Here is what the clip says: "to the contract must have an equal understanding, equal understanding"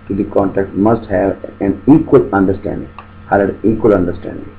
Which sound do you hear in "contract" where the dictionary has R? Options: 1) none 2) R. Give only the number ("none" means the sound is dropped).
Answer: 1